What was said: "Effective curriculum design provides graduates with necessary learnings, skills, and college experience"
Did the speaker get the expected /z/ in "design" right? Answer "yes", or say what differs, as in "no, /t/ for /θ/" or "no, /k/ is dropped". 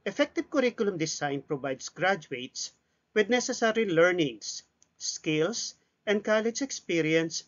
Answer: no, /s/ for /z/